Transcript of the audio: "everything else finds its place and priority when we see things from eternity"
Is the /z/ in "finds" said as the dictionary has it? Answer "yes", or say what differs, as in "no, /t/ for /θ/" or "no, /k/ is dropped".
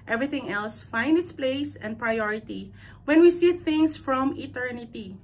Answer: no, /z/ is dropped